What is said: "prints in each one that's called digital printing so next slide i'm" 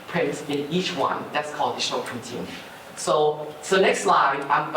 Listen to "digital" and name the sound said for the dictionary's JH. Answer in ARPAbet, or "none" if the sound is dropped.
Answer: SH